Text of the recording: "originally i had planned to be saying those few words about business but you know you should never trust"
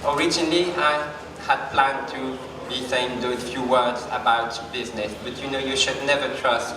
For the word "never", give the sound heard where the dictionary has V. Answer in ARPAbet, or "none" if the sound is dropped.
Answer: V